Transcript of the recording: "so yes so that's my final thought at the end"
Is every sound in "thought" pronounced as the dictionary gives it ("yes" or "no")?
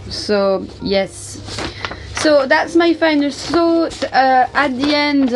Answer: no